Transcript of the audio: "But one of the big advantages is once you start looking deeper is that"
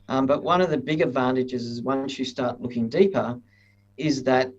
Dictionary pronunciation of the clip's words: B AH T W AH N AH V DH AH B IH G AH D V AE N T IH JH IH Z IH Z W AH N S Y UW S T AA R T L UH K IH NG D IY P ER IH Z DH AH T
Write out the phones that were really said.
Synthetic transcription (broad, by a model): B AH T W AH N AH V DH AH B IH G AH D V AE N T IH JH IH Z IH Z W AH N S Y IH S T AA R T L UH K IH NG D IY P ER IH Z DH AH T